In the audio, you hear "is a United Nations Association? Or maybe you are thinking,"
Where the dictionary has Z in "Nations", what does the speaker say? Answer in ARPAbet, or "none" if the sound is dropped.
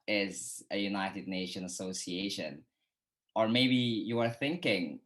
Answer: none